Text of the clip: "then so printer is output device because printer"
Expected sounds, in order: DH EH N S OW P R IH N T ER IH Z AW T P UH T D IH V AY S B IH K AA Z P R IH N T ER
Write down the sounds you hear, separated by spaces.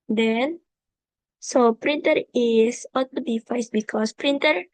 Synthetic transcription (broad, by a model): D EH N S OW P R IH N T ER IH S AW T AO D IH F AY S B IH K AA S P R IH N T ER